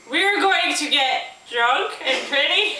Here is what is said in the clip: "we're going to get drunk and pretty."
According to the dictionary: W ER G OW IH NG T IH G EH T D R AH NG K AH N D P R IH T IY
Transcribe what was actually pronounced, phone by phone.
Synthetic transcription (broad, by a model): W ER G OW IH NG T IH G EH T D R AH NG K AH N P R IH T IY